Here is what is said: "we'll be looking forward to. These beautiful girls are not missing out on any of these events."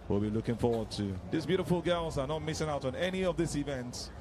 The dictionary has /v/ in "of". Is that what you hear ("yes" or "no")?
yes